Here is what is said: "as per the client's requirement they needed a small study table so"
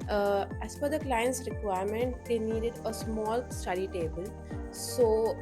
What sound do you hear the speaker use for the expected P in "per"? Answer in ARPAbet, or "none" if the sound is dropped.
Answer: F